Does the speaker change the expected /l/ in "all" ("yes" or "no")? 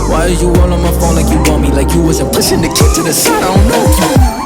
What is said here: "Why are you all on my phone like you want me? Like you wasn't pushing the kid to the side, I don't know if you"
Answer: yes